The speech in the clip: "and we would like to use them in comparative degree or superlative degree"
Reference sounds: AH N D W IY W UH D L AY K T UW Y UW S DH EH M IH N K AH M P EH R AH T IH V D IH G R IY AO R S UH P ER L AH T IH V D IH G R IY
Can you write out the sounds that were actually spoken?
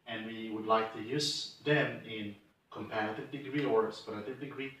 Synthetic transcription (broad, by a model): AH N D W IY W UH D L AY K T UW Y UW S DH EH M IH N K AH M P EH R AH T IH V D IH G R IY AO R S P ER AH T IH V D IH G R IY